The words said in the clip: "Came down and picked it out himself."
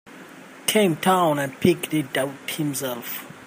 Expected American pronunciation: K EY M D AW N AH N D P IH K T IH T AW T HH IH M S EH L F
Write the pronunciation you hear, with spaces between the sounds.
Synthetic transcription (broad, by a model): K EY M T AW N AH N P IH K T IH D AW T HH IH M S EH L F